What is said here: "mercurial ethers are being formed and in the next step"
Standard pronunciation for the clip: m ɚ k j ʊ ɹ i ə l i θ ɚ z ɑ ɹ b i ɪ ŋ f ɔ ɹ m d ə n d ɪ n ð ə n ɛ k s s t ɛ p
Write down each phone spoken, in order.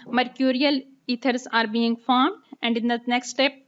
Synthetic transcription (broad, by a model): m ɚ k j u ɹ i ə l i t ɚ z ɑ ɹ b i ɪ ŋ f ɔ ɹ m d ə n d ɪ n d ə n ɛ k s s t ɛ p